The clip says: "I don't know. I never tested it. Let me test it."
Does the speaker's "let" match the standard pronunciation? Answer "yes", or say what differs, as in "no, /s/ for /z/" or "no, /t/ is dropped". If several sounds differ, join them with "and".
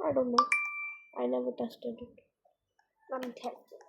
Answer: no, /n/ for /l/